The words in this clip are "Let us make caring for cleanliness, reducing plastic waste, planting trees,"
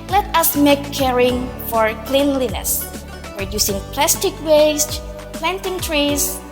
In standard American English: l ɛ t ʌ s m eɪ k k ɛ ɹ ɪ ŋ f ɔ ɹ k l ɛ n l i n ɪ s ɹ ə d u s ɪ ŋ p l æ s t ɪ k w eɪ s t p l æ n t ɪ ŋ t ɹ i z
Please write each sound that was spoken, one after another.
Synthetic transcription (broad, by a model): l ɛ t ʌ s m eɪ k k ɛ ɹ ɪ ŋ f ɔ ɹ k l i n l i n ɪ s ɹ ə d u s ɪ ŋ p l æ s t ɪ k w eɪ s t p l æ n t ɪ ŋ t ɹ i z